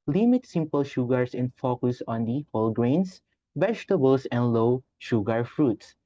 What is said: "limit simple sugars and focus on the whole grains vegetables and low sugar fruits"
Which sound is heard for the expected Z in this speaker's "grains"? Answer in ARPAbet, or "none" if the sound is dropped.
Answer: S